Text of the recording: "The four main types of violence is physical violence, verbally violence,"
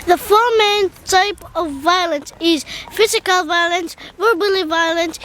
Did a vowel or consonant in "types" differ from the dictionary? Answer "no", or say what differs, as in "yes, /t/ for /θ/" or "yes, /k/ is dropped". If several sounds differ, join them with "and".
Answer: yes, /s/ is dropped